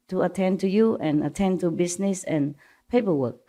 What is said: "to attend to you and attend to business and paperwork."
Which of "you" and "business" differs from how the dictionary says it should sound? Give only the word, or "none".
business